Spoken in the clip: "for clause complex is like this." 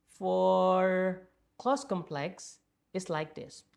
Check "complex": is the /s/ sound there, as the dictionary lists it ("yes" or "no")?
yes